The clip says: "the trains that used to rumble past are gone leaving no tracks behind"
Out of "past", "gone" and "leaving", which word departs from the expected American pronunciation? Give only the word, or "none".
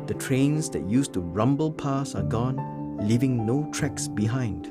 past